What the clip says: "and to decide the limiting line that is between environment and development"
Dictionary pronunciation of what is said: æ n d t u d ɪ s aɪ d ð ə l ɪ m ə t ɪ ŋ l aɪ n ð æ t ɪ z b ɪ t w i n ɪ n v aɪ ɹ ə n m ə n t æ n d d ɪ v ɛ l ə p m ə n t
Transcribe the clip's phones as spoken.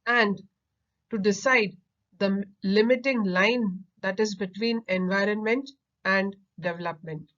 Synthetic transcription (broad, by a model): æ n d t u d ɪ s aɪ d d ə l ɪ m ə t ɪ ŋ l aɪ n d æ t ɪ z b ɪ t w i n ɪ n v aɪ ɹ ə n m ə n t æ n d d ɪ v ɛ l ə p m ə n t